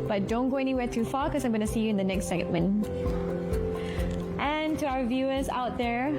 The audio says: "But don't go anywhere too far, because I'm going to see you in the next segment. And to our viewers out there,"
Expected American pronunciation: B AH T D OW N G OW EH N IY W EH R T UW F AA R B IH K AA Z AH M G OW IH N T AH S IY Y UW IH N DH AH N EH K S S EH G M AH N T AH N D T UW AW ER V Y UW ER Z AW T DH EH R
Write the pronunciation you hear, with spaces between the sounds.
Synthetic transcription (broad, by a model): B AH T D OW N G OW EH N IY W EH R T UW F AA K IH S AA AH M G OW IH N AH S IY Y UW IH N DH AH N EH K S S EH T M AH N T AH N T UW AW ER V Y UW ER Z AW T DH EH R